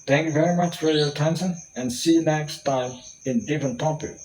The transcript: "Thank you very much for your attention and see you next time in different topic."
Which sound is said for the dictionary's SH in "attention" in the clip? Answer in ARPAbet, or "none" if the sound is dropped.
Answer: S